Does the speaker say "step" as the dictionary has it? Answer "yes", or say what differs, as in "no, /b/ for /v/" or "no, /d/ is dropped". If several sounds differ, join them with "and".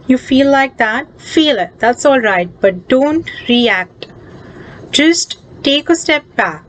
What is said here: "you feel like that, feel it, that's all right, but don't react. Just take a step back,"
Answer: yes